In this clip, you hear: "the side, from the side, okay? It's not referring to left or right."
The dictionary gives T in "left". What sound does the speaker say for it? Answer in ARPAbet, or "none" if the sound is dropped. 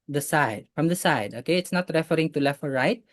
none